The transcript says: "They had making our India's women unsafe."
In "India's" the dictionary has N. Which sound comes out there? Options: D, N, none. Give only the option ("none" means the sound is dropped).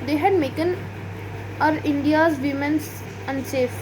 N